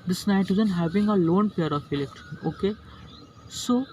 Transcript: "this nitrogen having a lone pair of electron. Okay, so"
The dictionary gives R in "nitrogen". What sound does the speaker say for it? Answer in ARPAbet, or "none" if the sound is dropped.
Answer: none